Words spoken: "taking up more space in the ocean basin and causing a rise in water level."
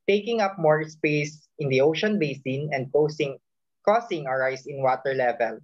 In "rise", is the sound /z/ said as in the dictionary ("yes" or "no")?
no